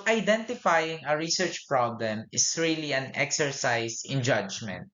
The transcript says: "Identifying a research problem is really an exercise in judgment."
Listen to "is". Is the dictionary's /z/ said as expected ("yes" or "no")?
no